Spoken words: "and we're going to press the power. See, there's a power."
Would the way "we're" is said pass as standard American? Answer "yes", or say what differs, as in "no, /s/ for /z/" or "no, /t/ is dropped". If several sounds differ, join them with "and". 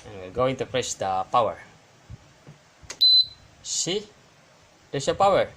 no, /l/ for /ɹ/